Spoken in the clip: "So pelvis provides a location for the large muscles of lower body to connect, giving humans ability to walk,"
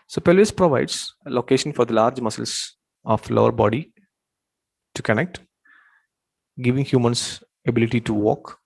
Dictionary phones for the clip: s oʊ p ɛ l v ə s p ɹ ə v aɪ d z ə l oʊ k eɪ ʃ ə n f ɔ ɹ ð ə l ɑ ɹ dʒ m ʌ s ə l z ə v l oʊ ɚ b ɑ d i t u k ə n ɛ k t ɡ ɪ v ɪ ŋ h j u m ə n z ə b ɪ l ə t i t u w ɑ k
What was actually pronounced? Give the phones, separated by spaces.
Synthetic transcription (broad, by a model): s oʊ p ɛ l ə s p ɹ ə v aɪ d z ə l oʊ k eɪ ʃ ə n f ɔ ɹ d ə l ɑ ɹ dʒ m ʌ s ə l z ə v l oʊ ɚ b ɑ d i t u k ə n ɛ k t ɡ ɪ v ɪ ŋ h j u m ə n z ə b ɪ l ə t i t u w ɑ k